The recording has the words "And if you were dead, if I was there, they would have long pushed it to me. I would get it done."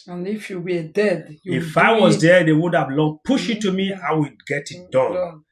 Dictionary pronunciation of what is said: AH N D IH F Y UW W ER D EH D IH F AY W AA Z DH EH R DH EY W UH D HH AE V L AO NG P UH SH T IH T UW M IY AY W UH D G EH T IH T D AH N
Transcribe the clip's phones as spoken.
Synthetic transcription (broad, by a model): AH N IH F Y UW W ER D EH D IH F AY W AA Z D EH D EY W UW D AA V L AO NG P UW SH IH T UW M IY AY W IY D G EH T IH T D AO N